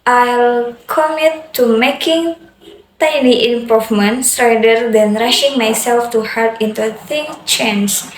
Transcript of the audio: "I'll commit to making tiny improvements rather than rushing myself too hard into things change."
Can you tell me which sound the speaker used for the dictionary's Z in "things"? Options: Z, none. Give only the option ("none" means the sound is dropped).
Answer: none